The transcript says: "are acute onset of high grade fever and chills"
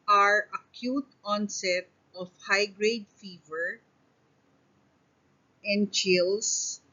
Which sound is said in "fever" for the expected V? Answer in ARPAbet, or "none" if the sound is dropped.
V